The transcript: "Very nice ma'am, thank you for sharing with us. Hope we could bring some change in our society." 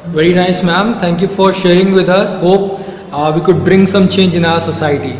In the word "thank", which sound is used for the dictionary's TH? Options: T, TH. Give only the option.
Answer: T